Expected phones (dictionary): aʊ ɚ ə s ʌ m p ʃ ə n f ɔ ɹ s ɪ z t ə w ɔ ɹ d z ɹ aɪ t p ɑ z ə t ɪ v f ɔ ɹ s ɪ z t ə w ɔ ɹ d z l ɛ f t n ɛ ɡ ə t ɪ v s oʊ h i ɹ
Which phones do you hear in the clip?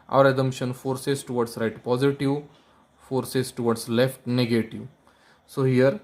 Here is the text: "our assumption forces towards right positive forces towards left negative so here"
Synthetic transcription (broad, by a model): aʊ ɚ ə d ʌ m ʃ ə n f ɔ ɹ s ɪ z t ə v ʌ ɹ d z ɹ aɪ t p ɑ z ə t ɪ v f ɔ ɹ s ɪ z t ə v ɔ ɹ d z l ɛ f t n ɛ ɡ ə t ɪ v s oʊ h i ɹ